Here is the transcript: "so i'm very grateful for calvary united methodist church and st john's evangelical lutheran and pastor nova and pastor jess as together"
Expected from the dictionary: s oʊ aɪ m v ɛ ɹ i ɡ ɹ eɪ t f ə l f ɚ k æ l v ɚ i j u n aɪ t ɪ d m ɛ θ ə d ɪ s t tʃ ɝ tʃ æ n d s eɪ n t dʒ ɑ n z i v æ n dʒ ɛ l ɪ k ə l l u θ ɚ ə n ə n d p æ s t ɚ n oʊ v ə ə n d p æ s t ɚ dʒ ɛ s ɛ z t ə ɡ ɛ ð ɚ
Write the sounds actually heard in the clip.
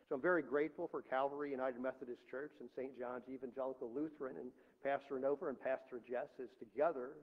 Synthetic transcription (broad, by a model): s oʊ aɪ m v ɛ ɹ i ɡ ɹ eɪ t f l f ɚ k æ l v ɚ i j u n aɪ t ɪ d m ɛ θ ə d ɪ s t tʃ ɝ tʃ n s eɪ n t dʒ ɑ n z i v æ n dʒ ɛ l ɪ k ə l l u θ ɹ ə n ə n p æ s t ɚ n oʊ v ə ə n p æ s t ɚ dʒ ɛ s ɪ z t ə ɡ ɛ ð ɚ